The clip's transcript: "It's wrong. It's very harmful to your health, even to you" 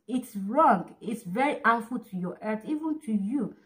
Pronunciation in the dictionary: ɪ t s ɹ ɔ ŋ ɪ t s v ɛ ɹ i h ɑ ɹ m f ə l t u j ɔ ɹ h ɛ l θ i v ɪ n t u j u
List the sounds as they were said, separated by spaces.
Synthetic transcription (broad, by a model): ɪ t s ɹ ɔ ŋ ɪ t s v ɛ ɹ i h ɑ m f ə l t u j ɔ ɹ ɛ θ i v ɪ n t u j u